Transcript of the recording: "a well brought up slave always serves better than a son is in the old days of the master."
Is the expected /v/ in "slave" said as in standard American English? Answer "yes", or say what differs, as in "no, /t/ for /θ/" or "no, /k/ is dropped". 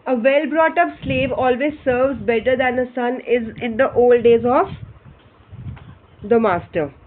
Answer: yes